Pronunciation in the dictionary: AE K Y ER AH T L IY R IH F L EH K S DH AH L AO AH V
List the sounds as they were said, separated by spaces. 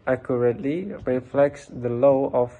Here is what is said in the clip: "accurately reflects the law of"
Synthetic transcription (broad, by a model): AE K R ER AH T L IY R IH F L EH K S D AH L AO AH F